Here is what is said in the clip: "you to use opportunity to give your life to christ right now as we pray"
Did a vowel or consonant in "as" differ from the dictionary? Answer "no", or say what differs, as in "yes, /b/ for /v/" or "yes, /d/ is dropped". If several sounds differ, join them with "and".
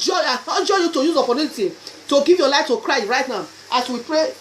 yes, /s/ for /z/